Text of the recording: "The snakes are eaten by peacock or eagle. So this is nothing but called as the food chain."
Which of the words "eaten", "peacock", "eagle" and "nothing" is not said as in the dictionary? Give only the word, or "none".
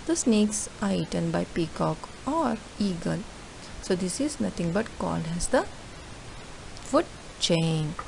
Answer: nothing